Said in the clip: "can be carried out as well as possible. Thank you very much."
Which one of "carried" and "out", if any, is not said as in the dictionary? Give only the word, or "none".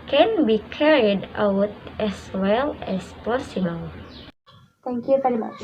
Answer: none